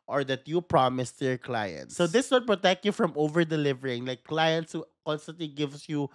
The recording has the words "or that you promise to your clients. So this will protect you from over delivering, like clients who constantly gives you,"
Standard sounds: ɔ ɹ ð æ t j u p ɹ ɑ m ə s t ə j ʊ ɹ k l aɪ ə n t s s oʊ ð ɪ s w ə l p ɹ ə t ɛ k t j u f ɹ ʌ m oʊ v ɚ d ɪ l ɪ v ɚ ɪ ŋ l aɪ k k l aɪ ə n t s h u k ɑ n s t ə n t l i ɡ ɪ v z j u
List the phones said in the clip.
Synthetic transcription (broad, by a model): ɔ ɹ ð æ t j u p ɹ ɑ m ə s t ə ɹ k l aɪ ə n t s s oʊ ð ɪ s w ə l p ɹ ə t ɛ k t j u f ɹ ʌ m oʊ v ɚ d ɪ l ɪ v ɚ ɪ ŋ l aɪ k k l aɪ ə n t s h u k ɑ n s t ə n t l i ɡ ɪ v s j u